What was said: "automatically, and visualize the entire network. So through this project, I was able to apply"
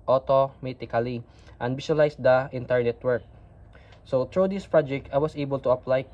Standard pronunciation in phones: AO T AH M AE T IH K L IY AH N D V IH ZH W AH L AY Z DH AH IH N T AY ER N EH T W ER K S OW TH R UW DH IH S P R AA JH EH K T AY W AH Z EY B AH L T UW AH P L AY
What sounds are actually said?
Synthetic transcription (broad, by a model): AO T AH M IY T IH K L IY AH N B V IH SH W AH L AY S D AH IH N T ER N EH T W ER K S OW T R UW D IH S P R AA JH EH K T AY W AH S EY B AH L T UW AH P L AY